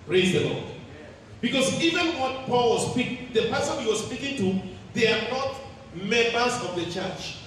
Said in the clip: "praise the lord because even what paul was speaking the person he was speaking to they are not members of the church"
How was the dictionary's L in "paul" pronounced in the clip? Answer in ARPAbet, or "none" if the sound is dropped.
L